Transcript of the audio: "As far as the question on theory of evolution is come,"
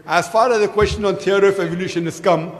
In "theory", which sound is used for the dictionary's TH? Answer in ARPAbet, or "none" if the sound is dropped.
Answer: T